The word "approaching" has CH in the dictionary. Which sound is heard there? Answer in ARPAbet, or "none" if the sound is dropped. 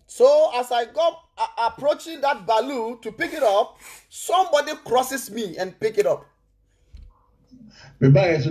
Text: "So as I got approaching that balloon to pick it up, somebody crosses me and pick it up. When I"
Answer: CH